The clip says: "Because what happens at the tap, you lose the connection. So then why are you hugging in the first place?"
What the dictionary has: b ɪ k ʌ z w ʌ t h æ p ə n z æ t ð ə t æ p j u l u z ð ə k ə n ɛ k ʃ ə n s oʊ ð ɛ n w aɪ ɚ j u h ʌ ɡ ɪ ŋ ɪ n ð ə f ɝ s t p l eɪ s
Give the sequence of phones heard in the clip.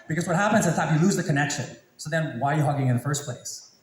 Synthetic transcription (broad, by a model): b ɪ k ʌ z w ʌ t h æ p ə n z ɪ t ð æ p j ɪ l u z ð ə k ə n ɛ k ʃ ə n s oʊ ð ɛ n w aɪ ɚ j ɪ h ʌ ɡ ɪ ŋ ɪ n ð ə f ɝ s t p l eɪ s